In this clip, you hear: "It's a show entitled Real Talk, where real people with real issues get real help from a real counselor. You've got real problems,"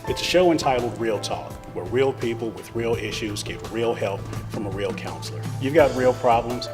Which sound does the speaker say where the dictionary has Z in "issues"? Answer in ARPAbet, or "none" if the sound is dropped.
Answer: Z